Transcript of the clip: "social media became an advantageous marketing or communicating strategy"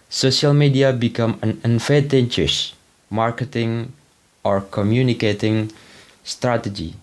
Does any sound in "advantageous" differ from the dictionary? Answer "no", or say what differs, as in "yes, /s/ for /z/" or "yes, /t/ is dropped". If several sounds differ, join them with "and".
yes, /n/ is dropped